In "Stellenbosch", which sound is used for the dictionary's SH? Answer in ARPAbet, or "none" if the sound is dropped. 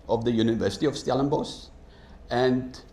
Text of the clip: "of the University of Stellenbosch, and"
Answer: S